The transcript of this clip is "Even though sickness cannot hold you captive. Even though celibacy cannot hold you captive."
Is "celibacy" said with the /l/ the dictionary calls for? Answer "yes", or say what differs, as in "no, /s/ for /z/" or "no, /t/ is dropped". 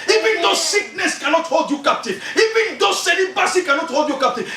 no, /n/ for /l/